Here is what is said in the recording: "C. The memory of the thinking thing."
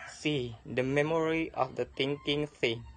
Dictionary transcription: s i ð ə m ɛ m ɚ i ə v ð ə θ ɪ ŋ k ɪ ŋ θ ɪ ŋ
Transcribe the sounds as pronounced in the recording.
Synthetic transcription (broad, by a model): s i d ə m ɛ m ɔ i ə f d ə t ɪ ŋ k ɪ ŋ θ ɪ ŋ